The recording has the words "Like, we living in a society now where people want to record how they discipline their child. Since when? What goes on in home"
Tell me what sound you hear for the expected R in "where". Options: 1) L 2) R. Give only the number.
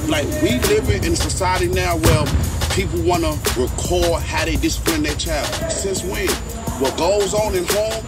1